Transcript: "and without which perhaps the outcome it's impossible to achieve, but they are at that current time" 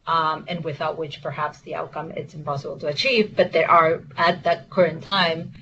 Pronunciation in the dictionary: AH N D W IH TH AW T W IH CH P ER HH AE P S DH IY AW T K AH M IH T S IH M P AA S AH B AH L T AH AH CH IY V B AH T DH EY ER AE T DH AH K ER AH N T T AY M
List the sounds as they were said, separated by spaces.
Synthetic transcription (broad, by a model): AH N W IH TH AW T W IH CH P ER HH AE P S DH IY AW T K AH M IH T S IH M P AA S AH B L T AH AH CH IY V B AH T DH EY ER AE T DH AH K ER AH N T T AY M